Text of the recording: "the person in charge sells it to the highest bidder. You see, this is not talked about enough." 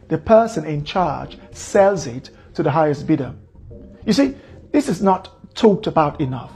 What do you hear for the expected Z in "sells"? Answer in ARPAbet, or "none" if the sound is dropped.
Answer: Z